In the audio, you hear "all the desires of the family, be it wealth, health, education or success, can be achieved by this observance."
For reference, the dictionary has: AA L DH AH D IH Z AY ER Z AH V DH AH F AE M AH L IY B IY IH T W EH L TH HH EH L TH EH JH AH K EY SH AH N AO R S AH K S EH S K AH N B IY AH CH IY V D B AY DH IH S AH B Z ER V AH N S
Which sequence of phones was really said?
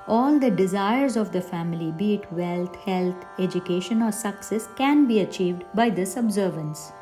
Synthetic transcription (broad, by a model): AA L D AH D IH Z AY ER Z AH V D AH F AE M AH L IY B IY T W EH L T HH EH L T EH JH AH K EY SH AH N AO R S AH K S EH S K AH N B IY AH CH IY V D B AY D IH S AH B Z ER V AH N S